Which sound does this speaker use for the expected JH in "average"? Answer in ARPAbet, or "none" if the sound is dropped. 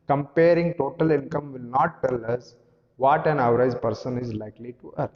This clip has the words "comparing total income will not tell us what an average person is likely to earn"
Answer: Z